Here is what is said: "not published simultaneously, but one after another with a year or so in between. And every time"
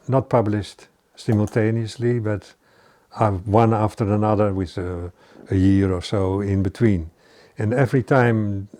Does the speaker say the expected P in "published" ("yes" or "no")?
yes